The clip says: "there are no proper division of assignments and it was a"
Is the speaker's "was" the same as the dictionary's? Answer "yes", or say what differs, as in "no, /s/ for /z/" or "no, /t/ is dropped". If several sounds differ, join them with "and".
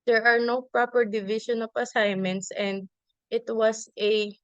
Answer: no, /s/ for /z/